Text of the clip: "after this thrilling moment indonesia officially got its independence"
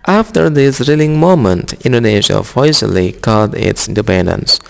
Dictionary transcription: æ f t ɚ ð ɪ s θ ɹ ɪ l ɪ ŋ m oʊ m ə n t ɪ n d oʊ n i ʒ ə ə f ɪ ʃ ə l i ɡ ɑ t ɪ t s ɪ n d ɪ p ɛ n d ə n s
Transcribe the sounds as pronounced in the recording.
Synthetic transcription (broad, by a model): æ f t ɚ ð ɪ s ɹ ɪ l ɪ ŋ m oʊ m ə n t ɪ n d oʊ n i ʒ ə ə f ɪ s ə l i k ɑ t ɪ t s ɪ n d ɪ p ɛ n d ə n s